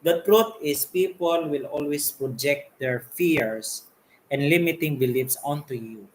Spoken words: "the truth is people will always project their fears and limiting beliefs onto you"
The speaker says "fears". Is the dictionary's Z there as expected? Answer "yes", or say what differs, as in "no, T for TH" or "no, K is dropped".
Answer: no, S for Z